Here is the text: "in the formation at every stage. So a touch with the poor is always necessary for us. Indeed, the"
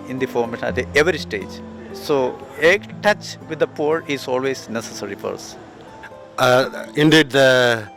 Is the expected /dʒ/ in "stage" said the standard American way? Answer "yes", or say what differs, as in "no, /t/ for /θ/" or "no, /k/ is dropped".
yes